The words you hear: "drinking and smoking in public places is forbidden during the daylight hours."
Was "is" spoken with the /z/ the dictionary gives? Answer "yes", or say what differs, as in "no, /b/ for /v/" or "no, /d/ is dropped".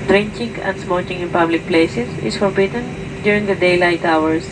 no, /s/ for /z/